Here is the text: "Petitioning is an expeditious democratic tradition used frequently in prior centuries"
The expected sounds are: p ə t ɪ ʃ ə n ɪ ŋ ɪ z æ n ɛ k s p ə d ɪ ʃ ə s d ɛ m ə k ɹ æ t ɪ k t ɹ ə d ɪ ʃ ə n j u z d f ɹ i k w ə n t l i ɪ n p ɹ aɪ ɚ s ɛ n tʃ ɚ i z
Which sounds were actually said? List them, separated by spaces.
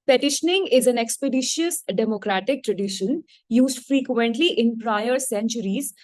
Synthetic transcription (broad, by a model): p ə t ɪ ʃ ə n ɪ ŋ ɪ z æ n ɛ k s p ə d ɪ ʃ ə s d ɛ m ə k ɹ æ t ɪ k t ɹ ə d ɪ ʃ ə n j u z d f ɹ i k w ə n t l i ɪ n p ɹ aɪ ɚ s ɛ n tʃ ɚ i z